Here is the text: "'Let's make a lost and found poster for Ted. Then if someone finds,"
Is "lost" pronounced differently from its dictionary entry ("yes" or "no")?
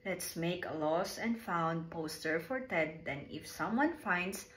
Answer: yes